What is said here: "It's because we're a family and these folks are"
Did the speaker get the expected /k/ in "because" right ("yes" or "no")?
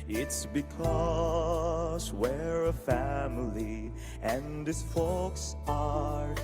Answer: yes